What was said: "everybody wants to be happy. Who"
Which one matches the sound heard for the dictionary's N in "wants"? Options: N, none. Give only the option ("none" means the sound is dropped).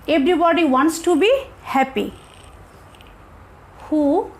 N